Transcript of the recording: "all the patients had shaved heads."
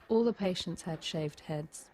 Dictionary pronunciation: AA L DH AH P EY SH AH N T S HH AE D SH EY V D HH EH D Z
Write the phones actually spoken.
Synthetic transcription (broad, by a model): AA L DH AH P EY SH AH N T S HH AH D SH EY V D HH EH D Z